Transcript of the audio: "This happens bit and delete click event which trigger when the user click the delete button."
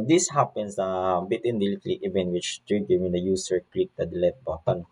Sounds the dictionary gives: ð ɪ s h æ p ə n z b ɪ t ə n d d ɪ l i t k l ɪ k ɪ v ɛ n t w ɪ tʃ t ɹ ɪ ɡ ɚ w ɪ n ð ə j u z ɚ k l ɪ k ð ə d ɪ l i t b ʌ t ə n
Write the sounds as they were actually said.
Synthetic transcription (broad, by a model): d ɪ s h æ p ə n s b ɪ t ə n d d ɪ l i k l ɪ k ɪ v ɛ n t w ɪ tʃ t ɹ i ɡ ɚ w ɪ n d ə j u s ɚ k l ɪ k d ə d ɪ l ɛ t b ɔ t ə n